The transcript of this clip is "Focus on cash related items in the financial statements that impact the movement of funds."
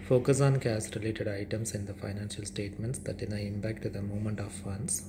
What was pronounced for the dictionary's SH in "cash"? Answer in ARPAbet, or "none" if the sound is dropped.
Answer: S